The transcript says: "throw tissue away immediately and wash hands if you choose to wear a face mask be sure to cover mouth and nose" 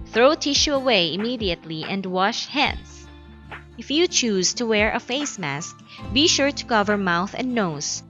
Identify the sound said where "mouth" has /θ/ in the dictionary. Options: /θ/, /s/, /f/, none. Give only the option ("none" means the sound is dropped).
/θ/